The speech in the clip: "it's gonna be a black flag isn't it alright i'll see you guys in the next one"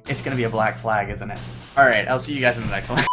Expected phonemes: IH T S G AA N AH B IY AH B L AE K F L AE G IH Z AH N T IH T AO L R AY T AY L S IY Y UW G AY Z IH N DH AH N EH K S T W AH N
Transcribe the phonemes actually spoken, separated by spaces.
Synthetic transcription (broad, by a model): IH T S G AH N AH B IY AH B L AE K F L AE G IH Z AH N T IH T AO L R AY T AY L S IY Y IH G AY Z IH N DH AH N EH K S T W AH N